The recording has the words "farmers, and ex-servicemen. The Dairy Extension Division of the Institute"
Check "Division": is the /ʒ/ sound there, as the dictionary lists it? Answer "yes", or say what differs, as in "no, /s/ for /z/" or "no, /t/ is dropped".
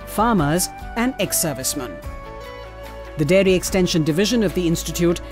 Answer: yes